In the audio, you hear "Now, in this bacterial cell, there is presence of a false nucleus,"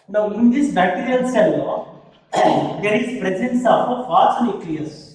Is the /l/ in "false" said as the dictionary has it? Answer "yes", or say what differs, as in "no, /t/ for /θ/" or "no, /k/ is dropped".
no, /l/ is dropped